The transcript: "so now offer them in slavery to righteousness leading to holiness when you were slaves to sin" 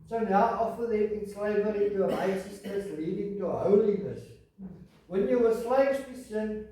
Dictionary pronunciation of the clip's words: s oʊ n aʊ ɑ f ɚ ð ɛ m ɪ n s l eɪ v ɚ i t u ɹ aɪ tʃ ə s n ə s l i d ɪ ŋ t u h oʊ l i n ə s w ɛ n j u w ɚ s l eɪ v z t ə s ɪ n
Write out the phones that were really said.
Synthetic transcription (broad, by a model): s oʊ n aʊ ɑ f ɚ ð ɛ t ɪ n s l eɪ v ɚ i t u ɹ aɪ s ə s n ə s l i d ɪ ŋ t u h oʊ l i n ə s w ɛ n j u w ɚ s l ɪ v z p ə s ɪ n